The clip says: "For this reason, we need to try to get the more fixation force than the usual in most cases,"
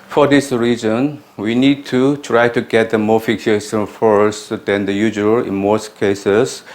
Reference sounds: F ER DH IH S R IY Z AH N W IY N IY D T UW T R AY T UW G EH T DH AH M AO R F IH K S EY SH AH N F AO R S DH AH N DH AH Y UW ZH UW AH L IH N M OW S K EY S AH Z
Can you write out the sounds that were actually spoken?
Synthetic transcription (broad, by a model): F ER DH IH S R IY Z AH N W IY N IY D T UW T R AY T UW G EH T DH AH M AO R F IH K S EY S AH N F AO R S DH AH N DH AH Y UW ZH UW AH L IH N M OW S K EY S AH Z